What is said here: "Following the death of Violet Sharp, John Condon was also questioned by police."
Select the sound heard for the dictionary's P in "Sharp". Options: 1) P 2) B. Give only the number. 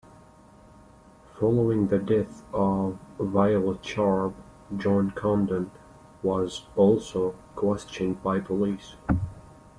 2